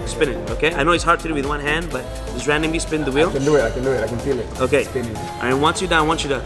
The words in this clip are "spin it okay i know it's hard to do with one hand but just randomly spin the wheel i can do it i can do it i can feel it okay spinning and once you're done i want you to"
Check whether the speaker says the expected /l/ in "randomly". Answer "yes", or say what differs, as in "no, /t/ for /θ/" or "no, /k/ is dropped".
no, /l/ is dropped